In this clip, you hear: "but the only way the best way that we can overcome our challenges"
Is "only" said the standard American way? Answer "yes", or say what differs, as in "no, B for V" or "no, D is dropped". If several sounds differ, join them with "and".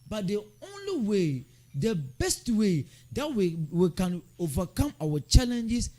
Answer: yes